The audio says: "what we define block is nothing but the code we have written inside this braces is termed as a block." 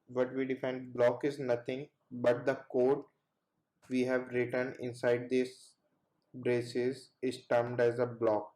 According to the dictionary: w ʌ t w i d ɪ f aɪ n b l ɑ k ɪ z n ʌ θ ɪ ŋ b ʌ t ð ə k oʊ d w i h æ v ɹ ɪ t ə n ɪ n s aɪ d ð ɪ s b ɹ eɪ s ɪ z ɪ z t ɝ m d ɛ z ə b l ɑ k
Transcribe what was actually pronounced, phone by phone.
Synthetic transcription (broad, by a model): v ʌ t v i d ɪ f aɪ n b l ɑ k ɪ z n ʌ t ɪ ŋ b ʌ t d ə k oʊ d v i h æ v ɹ ɪ t ə n ɪ n s aɪ d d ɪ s b ɹ eɪ s ɪ z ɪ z t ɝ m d ɛ z ə b l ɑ k